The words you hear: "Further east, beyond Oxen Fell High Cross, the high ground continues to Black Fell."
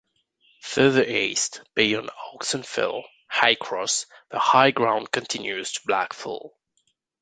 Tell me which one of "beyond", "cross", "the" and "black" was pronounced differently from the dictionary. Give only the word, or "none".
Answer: beyond